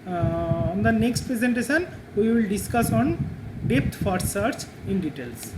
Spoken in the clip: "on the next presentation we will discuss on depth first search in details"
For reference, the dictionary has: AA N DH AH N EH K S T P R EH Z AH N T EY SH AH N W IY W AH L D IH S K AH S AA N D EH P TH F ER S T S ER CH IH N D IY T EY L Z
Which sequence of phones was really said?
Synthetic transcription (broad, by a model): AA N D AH N EH K S T P R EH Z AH N T EY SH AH N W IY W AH L D IH S K AH S AA N D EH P T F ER T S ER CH IH N D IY T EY L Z